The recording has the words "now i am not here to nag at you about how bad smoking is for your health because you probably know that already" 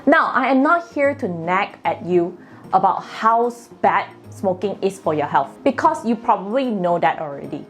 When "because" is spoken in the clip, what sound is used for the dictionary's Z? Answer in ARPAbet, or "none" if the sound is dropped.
S